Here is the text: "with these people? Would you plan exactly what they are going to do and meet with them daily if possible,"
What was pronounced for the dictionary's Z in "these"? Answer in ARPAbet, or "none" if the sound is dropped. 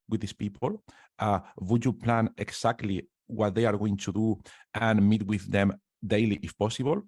S